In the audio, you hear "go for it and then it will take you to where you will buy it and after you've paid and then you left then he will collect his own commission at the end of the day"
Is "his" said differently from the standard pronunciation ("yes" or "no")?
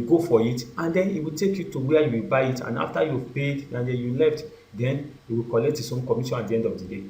yes